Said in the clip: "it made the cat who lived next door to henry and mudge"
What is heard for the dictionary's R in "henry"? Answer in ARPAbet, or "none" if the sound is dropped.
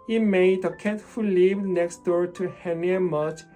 none